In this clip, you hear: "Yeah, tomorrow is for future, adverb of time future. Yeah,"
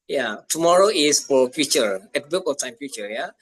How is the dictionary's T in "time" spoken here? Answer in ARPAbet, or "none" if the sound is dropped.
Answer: T